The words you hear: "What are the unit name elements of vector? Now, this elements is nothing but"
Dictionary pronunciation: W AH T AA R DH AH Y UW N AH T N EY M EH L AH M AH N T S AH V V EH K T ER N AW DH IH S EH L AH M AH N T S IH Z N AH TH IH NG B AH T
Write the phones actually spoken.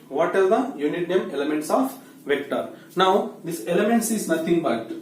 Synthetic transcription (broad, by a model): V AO T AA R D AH Y UW N AH T N EY M EH L AH M AH N T S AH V V EH K T ER N AW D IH S EH L AH M AH N T S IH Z N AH T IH NG B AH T